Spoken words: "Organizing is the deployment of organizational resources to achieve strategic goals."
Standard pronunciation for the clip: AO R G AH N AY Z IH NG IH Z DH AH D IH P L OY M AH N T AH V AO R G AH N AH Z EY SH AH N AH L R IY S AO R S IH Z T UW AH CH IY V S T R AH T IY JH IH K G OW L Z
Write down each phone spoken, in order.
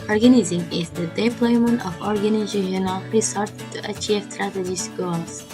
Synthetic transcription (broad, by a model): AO R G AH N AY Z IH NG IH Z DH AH D IH P L OY M AH N T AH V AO R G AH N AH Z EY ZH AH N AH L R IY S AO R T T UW AH CH IY V S T R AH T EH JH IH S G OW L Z